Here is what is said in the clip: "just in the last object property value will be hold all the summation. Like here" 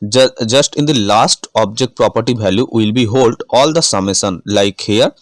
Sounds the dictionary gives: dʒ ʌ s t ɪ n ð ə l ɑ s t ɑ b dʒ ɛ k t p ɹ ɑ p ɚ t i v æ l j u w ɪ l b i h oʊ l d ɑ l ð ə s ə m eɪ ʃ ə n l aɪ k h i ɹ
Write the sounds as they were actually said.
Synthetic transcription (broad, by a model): dʒ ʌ s t ɪ n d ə l ɑ s t ɑ b dʒ ɛ k t p ɹ ɑ p ɚ t i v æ l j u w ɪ l b i h oʊ l d ɑ l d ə s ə m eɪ s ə n l aɪ k h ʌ ɹ